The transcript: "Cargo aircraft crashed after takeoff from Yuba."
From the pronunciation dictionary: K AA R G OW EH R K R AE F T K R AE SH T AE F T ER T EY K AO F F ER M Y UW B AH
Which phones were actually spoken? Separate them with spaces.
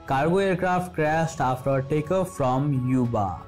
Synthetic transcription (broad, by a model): K AA R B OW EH R K R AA F T K R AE S T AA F T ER T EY K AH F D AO M Y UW B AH